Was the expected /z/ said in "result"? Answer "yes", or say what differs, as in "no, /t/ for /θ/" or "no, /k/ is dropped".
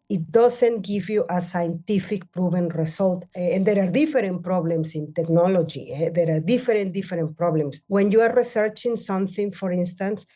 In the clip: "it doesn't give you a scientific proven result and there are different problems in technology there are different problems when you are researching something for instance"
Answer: no, /s/ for /z/